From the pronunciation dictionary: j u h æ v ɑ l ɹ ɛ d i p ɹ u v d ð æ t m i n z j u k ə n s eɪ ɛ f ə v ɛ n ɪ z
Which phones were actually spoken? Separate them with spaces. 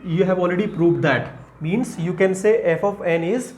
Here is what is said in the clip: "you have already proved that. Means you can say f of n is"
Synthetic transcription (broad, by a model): j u h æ v ɑ l ɹ ɛ d i p ɹ u v d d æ t m i n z j u k ə n s eɪ ɛ f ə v ɛ n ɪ z